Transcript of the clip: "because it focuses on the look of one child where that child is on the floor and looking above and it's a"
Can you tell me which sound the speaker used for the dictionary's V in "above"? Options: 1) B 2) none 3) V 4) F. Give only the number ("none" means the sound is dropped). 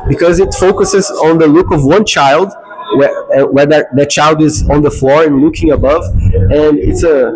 3